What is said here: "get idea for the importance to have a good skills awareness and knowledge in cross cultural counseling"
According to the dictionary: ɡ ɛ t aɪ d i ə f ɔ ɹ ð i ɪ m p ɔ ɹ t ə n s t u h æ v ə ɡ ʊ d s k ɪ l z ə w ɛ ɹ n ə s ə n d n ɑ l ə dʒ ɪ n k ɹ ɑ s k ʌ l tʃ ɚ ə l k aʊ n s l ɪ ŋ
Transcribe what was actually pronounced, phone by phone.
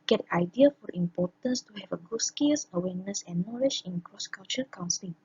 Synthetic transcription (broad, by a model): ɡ ɛ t aɪ d i ə f ɔ ɹ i m p ɔ t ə n s t u h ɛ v ə ɡ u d s k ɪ l s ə w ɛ n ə s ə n n ɑ l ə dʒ ɪ n k ɹ ɑ s k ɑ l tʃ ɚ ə k aʊ n s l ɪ